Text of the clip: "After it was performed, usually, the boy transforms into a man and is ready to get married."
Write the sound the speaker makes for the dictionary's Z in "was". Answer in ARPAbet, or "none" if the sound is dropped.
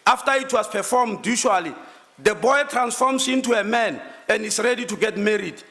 S